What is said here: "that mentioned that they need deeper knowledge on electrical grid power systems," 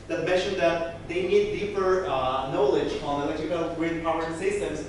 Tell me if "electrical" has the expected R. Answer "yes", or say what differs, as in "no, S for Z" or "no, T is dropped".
no, R is dropped